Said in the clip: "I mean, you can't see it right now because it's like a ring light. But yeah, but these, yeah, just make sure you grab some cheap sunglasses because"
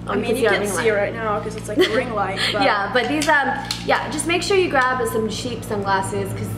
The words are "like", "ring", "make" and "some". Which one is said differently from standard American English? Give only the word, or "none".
like